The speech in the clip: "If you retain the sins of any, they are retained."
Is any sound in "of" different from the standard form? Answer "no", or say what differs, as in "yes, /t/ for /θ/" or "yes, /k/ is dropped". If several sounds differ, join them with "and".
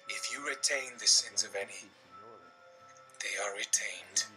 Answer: no